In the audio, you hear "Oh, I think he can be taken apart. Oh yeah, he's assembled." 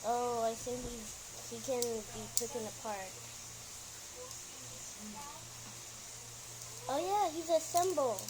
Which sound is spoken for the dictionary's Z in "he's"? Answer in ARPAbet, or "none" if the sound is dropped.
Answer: Z